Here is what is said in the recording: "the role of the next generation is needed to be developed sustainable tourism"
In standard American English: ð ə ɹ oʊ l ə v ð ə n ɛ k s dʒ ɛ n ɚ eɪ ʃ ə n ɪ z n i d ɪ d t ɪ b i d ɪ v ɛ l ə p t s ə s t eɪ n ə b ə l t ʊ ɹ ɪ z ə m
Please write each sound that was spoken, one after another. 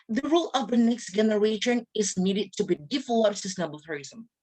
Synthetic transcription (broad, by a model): ð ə ɹ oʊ l ə v ð ə n ɛ k s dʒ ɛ n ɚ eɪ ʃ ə n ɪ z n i d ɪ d t ɪ b i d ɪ f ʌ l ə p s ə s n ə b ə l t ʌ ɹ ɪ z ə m